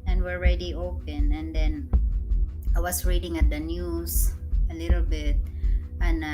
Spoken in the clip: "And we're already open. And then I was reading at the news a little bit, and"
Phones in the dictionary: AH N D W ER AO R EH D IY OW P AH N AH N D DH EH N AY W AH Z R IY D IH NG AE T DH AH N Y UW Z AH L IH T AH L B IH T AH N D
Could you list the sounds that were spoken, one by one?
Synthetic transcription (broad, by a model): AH N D W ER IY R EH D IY OW P AH N AH N D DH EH N AY W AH S R IY D IH NG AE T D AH N Y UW S AH L IH T AH L B IH T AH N